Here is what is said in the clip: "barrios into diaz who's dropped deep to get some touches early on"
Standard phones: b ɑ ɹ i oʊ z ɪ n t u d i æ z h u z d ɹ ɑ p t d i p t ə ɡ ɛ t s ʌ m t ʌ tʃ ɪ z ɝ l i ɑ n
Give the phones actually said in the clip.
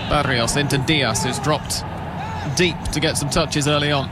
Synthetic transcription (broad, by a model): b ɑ ɹ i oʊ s ɪ n t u d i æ s h u z d ɹ ɑ p t d i p t ə ɡ ɛ t s ʌ m t ʌ tʃ ɪ z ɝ l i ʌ n